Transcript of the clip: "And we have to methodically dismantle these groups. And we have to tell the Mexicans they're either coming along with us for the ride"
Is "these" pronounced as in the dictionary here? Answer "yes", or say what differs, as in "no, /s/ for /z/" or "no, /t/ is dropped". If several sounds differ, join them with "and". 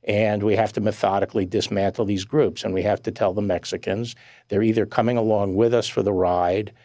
yes